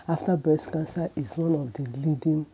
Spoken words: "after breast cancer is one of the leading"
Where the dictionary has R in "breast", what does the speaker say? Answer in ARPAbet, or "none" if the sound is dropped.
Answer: none